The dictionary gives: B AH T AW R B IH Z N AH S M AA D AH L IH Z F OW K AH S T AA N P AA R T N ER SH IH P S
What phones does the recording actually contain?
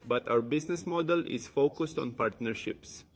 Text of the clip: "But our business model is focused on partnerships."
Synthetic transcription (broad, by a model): B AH T AW R B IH S N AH S M AA D AH L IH S F OW K AH S T AA N P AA R T N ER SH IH P S